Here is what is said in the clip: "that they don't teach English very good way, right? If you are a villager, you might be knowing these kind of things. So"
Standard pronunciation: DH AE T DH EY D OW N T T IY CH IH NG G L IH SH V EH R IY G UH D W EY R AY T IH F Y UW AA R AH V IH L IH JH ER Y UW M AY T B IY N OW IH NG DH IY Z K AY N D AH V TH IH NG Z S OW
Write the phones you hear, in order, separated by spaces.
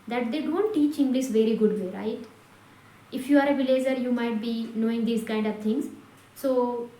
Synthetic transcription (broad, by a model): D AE T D EY D OW N T T IY CH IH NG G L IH S V EH R IY G UH D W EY R AY T IH F Y UW AA R AH V IH L IH JH ER Y UW M AY T B IY N OW IH NG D IY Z K AY N D AH V T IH NG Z S OW